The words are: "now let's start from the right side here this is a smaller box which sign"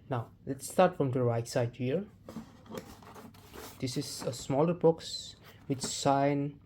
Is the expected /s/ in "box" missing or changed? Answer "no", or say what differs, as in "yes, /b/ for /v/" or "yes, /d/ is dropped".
no